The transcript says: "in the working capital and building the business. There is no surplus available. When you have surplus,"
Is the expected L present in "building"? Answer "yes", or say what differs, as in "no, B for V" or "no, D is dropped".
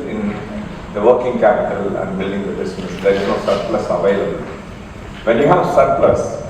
yes